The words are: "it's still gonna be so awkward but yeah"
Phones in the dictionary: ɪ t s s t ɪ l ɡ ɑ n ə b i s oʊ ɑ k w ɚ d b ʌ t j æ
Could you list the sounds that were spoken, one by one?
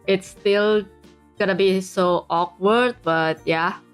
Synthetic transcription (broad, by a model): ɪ t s s t ɪ l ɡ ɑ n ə b i s oʊ ɑ k w ɚ d b ʌ t j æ